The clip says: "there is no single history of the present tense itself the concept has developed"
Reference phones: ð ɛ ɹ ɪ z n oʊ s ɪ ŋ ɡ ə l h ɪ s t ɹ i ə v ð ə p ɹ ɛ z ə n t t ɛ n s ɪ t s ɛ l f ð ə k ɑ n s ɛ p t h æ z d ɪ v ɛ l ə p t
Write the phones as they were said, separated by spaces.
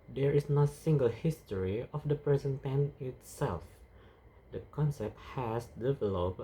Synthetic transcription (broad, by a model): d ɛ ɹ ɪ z n oʊ s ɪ ŋ ɡ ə l h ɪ s t ɹ i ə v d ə p ɹ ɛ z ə n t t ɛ n ɪ t s ɛ l f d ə k ɑ n s ɛ p t h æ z d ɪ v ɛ l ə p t